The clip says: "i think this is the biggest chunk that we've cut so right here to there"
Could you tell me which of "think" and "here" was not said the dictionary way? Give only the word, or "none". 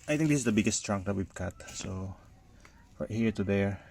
think